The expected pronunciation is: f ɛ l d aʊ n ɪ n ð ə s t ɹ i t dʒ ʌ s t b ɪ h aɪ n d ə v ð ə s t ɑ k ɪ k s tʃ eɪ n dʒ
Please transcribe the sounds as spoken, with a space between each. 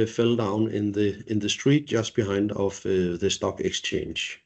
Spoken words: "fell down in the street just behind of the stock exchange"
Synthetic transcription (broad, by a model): f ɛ l d aʊ n ɪ n ð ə s t ɹ i t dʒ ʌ s b ɪ h aɪ n d ə v ð ə s t ɑ k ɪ k s tʃ eɪ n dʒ